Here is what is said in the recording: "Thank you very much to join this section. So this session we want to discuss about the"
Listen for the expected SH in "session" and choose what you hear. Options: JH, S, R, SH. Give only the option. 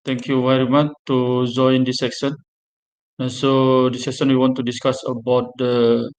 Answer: S